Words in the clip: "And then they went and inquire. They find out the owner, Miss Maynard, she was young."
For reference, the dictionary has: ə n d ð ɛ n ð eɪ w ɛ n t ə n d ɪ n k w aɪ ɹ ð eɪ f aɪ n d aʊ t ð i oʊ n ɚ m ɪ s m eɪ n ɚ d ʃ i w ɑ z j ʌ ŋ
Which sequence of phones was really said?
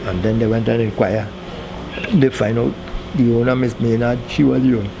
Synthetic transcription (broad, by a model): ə n d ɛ n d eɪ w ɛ n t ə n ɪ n k w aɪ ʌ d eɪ f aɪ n aʊ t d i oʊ n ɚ m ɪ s m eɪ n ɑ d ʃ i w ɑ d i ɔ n